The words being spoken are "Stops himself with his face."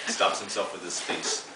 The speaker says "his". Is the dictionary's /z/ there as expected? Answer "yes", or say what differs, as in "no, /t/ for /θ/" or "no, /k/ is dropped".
no, /s/ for /z/